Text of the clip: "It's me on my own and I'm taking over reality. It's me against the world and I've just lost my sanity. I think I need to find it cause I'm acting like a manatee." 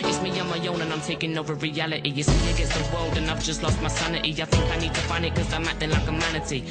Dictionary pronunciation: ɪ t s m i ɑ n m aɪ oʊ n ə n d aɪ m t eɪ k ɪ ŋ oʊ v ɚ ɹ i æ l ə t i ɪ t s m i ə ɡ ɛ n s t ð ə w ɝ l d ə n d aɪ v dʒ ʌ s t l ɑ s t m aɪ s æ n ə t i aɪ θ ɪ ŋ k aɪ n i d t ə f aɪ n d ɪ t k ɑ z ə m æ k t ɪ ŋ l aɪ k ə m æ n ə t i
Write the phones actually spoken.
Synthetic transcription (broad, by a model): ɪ t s m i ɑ m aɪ oʊ n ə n aɪ m t eɪ k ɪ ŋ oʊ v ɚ ɹ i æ l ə t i ɪ t s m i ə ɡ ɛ s ð ə w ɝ l d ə n aɪ v dʒ ʌ s t l ɑ s t m aɪ s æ n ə t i aɪ θ ɪ ŋ k aɪ n i d t ə f aɪ n d ɪ t k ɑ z ə m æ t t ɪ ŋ l aɪ k ə m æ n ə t i